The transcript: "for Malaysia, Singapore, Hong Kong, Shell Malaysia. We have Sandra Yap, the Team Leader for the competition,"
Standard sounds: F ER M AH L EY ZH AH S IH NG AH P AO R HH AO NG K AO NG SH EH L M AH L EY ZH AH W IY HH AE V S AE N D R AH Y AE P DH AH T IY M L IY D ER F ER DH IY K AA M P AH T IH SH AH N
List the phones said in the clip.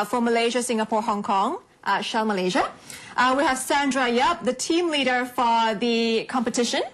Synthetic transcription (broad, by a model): F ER M AH L EY ZH AH S IH NG AH P AO R HH AO NG K AO NG SH EH L M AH L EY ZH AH W IY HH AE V S AE N D R AH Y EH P DH AH T IY M L IY D ER F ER DH IY K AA M P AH T IH SH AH N